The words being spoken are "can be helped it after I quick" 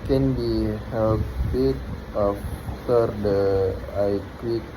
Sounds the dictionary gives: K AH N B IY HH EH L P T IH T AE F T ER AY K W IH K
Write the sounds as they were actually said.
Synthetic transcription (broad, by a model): K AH N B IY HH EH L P IH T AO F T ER AY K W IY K